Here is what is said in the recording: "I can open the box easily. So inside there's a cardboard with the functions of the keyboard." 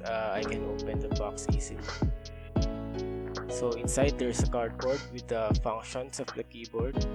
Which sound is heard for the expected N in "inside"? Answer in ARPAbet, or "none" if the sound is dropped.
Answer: N